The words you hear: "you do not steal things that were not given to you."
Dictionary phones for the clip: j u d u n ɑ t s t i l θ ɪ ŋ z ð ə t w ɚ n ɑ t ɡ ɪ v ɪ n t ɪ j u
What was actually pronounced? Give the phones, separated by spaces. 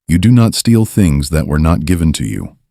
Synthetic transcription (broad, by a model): j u d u n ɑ t s t i l θ ɪ ŋ z ð ə t w ɚ n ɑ t ɡ ɪ v ɪ n t ɪ j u